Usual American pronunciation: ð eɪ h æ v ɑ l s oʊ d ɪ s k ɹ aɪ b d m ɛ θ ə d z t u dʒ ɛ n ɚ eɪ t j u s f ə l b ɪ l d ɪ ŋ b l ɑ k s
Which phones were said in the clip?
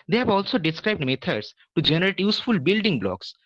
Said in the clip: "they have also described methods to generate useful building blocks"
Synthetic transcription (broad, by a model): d eɪ h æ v ɑ l s oʊ d ɪ s k ɹ aɪ b d m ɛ t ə d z t u dʒ ɛ n ɚ eɪ t j u s f ə l b ɪ l d ɪ ŋ b l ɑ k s